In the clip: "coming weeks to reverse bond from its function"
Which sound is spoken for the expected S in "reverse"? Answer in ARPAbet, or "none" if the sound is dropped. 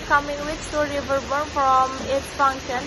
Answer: none